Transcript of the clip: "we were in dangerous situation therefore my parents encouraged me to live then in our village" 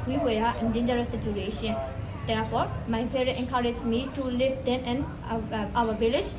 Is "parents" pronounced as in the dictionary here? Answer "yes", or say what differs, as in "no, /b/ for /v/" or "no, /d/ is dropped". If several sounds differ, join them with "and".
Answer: no, /n/ is dropped and /s/ is dropped